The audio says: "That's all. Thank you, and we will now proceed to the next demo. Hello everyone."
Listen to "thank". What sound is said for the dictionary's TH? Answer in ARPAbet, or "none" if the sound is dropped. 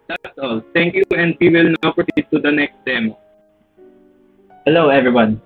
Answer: T